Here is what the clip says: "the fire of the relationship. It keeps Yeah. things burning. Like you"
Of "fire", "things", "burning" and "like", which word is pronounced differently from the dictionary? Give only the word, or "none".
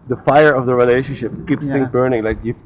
things